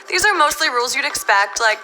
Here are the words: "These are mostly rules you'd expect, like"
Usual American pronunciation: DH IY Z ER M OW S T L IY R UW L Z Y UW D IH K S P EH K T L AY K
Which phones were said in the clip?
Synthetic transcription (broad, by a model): DH IY Z ER M OW S T L IY R UW L Z Y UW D IH K S P EH K T L AY K